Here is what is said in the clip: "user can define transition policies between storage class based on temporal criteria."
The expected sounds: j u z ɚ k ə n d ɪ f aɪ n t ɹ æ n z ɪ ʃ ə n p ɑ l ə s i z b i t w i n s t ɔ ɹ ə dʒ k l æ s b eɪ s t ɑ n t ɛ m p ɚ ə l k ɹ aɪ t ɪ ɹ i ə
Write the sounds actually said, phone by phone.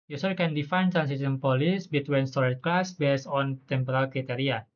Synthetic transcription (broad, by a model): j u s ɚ k ə n d ɪ f aɪ n t ɹ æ n s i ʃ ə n p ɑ l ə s b i t w i n s t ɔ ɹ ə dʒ k l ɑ s b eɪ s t ɑ n t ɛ m p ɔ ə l k ɹ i t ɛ ɹ i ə